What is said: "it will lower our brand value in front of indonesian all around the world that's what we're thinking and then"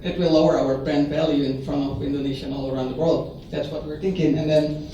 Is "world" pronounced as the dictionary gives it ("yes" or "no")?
yes